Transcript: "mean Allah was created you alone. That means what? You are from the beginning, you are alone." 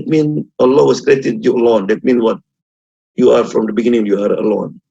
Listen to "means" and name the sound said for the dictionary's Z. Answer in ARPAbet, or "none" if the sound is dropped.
none